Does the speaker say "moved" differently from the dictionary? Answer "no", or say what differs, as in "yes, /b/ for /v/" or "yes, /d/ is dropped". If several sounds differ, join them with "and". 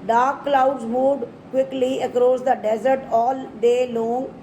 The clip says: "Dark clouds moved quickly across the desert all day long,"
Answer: yes, /v/ is dropped